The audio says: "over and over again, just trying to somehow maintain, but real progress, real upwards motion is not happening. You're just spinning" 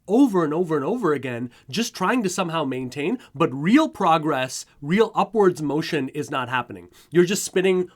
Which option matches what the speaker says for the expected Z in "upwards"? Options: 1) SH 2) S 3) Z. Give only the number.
3